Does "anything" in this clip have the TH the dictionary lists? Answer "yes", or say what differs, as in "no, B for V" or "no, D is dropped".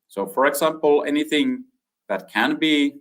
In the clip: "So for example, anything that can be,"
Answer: yes